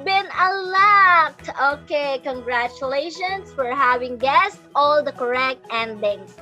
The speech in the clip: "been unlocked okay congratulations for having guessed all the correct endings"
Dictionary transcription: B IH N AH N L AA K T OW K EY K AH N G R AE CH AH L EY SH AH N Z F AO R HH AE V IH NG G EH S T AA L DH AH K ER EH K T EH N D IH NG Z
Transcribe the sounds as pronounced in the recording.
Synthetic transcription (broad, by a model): B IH N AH L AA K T OW K EY K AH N G R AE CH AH L EY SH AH N S F AO R HH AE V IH NG G EH S T AA L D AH K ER EH K T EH N D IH NG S